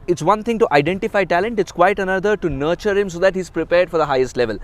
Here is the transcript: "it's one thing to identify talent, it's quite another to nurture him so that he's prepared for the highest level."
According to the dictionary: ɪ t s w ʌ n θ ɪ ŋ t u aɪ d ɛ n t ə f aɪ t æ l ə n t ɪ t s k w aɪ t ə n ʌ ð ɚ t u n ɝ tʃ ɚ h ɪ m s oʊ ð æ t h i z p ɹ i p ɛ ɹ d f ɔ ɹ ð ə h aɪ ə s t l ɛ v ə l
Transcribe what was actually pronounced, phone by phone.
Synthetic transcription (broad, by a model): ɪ t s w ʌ n t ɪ ŋ t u aɪ d ɛ n t ə f aɪ t æ l ə n t ɪ t s k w aɪ t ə n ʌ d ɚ t u n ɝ tʃ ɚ h ɪ m s oʊ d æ t h i z p ɹ i p ɛ ɹ d f ɔ ɹ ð ə h aɪ ə s t l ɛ v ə l